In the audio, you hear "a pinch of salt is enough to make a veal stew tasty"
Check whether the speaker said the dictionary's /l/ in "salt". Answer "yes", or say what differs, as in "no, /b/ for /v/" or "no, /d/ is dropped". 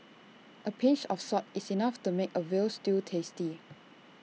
no, /l/ is dropped